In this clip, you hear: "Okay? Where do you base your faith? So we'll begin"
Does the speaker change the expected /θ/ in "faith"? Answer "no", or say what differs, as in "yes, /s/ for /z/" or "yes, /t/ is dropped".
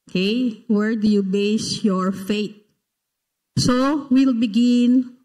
yes, /t/ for /θ/